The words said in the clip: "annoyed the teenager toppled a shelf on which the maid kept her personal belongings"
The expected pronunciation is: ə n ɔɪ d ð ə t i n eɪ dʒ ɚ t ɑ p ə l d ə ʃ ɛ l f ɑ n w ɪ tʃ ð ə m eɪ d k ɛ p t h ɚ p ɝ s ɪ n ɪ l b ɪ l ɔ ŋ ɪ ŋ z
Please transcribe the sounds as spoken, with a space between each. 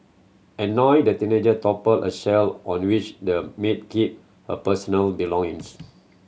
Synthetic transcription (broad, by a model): ə n ɔɪ d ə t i n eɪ dʒ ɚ t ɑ p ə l ə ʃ ɛ l ɑ n w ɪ tʃ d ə m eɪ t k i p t h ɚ p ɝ s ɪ n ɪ l b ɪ l ɔ ŋ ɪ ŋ s